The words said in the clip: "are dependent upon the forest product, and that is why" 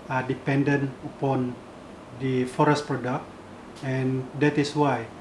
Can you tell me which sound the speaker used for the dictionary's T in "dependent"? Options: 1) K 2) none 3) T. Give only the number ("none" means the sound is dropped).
2